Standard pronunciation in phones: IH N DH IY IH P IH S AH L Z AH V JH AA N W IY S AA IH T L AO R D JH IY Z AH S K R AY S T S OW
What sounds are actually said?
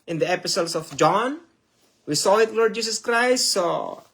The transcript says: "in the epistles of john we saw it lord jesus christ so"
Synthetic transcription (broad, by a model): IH N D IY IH P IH S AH L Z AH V JH AA N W IY S AA IH T L AO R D JH IY S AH S K R AY S T S OW